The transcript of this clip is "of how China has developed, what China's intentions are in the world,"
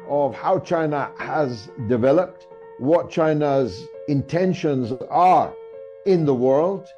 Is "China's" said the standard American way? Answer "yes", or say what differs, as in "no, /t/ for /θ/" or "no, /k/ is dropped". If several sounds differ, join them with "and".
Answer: yes